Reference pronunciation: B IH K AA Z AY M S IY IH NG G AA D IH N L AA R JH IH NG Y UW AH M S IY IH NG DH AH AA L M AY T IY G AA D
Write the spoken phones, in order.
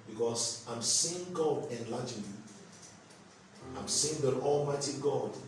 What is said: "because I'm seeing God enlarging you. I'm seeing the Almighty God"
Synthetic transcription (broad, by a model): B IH K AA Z AY M S IY IH NG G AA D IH N L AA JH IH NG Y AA AH M S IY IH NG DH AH AA L M AY T IY G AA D